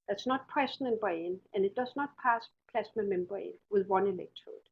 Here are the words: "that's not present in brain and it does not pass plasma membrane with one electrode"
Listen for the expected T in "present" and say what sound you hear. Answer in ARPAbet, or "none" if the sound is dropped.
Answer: none